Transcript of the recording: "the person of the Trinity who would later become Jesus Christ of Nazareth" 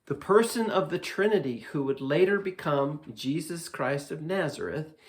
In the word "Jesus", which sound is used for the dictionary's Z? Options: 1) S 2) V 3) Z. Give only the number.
3